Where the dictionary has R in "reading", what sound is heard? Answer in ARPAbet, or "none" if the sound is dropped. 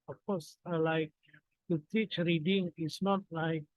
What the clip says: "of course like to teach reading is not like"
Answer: R